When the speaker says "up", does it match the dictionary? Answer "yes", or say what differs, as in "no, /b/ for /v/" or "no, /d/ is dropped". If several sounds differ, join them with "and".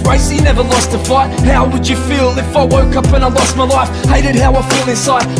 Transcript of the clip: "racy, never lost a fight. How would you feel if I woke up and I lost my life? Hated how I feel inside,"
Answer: yes